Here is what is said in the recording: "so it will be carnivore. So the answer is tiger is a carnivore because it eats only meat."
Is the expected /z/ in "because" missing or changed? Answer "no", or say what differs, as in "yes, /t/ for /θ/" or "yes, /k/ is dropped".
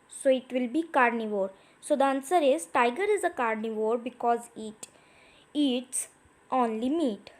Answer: no